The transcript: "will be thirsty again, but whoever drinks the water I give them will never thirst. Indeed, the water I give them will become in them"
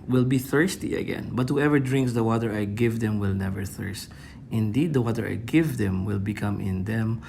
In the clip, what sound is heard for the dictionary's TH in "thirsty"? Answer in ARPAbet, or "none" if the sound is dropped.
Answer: TH